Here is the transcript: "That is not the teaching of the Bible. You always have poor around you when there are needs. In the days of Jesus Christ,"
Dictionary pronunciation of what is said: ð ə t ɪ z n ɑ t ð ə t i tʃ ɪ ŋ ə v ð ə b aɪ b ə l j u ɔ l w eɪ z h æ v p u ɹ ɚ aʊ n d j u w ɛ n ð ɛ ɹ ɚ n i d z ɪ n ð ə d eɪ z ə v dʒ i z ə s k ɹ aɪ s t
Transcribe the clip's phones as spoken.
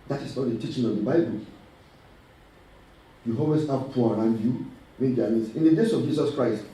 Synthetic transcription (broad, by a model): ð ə t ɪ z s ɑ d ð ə t i tʃ ɪ ŋ ə v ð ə b aɪ b ə l j u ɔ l w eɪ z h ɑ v p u ɹ aʊ n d j u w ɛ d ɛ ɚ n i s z ɪ n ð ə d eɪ s ə v dʒ i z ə s k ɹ aɪ s t